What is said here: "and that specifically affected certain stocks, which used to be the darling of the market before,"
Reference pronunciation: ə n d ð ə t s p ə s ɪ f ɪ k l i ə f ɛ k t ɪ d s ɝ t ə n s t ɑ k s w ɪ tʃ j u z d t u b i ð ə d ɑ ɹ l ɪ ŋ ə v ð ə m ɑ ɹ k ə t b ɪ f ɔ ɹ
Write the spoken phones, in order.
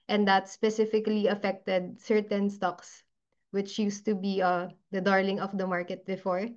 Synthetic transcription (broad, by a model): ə n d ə t s p ə s ɪ f ɪ k l i ə f ɛ k t ɪ d s ɝ t ə n s t ɑ k s w ɪ tʃ j u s t u b i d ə d ɑ ɹ l ɪ ŋ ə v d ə m ɑ ɹ k ə t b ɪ f ɔ ɹ